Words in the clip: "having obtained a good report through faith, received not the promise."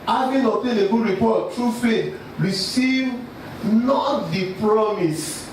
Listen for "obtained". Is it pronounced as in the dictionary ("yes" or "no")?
no